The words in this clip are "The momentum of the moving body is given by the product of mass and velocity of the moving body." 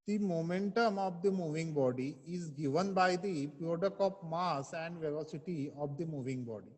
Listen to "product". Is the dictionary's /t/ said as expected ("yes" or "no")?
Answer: no